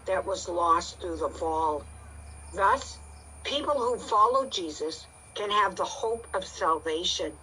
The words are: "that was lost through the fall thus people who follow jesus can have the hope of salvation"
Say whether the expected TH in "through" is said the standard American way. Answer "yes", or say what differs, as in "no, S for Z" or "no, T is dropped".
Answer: yes